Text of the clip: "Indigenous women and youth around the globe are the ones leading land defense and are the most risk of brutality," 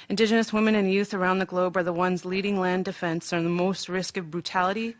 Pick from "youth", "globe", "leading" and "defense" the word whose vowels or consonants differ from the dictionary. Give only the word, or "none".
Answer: none